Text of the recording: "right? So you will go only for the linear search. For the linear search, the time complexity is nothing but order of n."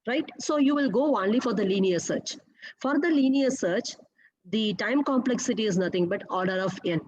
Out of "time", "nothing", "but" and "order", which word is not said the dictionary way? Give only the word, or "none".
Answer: nothing